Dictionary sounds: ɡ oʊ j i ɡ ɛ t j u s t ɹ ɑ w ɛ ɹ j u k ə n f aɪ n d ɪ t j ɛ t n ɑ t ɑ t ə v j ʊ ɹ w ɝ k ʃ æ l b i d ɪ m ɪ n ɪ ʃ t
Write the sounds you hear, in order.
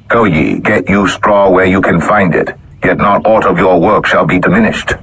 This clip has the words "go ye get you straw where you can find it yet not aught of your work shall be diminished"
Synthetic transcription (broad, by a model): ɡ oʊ j i ɡ ɛ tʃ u s t ɹ ɑ w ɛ ɹ j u k ə n f aɪ n d ɪ t j ɛ t n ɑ t ɑ t ə v j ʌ ɹ w ɝ k ʃ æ l b i d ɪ m ɪ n ɪ ʃ t